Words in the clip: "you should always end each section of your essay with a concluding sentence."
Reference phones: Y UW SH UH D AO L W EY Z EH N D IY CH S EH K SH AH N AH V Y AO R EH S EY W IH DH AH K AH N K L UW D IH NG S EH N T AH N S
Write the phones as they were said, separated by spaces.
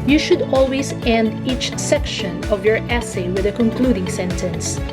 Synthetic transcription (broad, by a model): Y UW SH UH D AO L W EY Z EH N D IY CH S EH K SH AH N AH V Y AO R EH S EY W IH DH AH K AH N K L UW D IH NG S EH N T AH N S